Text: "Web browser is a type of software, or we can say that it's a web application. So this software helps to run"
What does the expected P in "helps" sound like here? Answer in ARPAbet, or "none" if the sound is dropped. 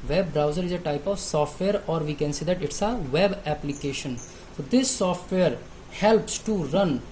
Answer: P